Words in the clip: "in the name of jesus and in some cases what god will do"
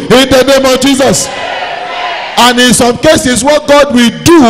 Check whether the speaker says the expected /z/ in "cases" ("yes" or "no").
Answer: no